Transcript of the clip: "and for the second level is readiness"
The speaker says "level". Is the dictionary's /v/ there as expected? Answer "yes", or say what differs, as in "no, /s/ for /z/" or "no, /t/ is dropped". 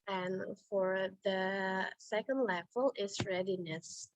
no, /f/ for /v/